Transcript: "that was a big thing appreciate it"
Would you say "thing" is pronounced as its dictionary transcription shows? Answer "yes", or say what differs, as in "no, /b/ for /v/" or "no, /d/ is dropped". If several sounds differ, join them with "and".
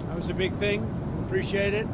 yes